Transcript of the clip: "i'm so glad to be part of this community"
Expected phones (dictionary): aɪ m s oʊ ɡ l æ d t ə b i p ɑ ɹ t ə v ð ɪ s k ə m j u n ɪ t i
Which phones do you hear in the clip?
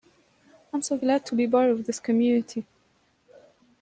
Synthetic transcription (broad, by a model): aɪ m s oʊ ɡ l æ d t ə b i b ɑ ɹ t ə v ð ɪ s k ə m j u n ɪ t i